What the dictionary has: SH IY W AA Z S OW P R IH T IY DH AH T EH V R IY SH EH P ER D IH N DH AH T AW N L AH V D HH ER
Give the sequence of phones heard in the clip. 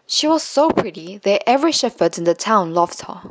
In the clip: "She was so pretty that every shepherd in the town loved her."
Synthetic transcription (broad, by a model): SH IY W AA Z S OW P R IH T IY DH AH T EH V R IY SH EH F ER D IH N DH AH T AW N L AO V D HH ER